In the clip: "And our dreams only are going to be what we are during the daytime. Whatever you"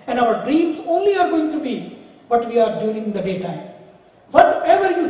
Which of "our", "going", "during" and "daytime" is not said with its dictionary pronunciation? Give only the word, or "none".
during